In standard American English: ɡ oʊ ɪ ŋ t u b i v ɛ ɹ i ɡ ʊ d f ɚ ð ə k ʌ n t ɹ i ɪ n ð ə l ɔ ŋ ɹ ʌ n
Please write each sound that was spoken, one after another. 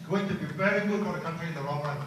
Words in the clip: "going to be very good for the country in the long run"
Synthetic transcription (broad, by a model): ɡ oʊ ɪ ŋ t u b i v ɛ ɹ i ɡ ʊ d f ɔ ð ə k ʌ n t ɹ i ɪ n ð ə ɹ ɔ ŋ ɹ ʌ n